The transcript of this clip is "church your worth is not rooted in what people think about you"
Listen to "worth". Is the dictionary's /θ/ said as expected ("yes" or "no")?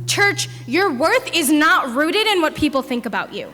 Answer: yes